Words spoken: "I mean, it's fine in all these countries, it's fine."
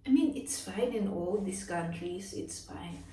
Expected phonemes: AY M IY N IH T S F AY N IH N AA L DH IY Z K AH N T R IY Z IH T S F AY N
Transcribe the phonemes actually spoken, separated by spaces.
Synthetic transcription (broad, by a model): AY M IY N IH T S F AY N IH N AA L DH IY S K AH N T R IY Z IH T S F AY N